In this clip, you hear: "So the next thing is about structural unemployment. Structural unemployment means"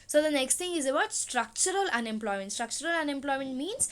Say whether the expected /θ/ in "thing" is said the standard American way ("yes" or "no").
no